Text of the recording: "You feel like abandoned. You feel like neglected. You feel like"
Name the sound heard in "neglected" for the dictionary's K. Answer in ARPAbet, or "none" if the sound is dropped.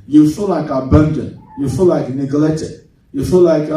none